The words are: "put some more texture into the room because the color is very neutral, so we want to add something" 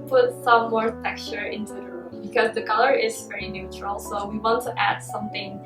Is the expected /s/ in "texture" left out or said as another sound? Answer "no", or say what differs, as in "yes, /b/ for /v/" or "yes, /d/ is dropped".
yes, /s/ is dropped